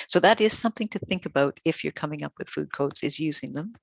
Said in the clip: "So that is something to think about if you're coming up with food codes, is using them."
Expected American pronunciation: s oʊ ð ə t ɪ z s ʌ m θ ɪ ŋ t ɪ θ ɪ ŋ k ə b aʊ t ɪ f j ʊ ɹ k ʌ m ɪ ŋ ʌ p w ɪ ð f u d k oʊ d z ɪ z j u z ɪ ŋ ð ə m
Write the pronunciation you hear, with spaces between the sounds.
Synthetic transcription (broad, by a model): s oʊ ð ə t ɪ z s ʌ m θ ɪ ŋ t ɪ θ ɪ ŋ k ə b aʊ t ɪ f j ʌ ɹ k ʌ m ɪ ŋ ʌ p w ɪ ð f u d k oʊ d z ɪ z j u z ɪ ŋ ð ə m